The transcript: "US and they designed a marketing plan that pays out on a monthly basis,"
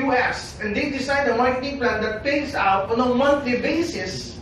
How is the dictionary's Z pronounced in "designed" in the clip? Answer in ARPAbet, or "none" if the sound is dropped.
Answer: S